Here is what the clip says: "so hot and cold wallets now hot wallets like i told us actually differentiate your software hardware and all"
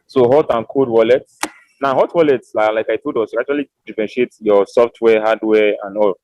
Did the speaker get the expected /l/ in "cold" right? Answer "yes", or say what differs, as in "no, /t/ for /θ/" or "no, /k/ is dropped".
no, /l/ is dropped